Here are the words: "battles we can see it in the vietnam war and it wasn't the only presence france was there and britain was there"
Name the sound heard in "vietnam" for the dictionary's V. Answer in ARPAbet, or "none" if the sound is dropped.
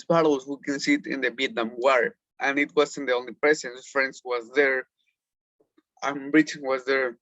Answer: B